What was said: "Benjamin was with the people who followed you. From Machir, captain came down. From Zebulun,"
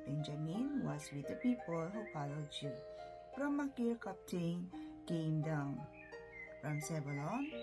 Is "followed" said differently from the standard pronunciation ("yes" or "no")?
yes